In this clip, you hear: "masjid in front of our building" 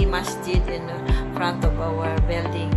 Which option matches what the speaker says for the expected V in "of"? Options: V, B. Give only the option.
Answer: B